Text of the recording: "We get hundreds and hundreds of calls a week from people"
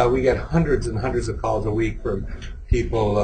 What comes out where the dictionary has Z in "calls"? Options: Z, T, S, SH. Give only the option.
Z